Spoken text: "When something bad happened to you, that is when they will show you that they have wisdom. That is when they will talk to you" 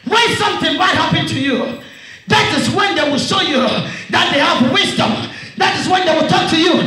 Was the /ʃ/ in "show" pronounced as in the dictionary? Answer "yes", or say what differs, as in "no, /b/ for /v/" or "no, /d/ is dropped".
yes